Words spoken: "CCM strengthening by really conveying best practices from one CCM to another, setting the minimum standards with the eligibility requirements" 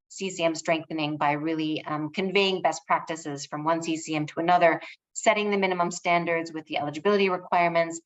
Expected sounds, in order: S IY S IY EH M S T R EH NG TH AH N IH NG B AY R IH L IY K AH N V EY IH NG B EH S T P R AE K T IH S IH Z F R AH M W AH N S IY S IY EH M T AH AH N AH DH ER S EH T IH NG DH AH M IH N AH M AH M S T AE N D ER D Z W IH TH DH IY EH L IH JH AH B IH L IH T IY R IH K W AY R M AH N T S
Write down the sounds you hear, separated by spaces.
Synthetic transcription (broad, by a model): S IY S IY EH M S T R EH NG TH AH N IH NG B AY R IH L IY K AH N V EY IH NG B EH S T P R AE K T IH S IH Z F R AH M W AH N S IY S IY EH M T AH AH N AH DH ER S EH T IH NG DH AH M IH N AH M AH M S T AE N D ER D Z W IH DH IY EH L IH JH AH B IH L IH T IY R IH K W AY R M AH N T S